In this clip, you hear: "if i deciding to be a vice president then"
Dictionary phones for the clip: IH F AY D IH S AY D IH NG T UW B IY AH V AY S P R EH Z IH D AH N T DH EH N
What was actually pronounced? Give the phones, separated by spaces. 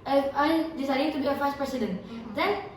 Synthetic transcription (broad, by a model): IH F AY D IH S AY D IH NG T UW B IY AH F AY S P R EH S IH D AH N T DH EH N